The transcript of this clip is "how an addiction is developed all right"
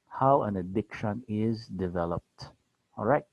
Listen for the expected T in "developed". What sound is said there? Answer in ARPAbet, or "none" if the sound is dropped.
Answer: T